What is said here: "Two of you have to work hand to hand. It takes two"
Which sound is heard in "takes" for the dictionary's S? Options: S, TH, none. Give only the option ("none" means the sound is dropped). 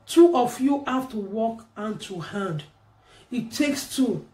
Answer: S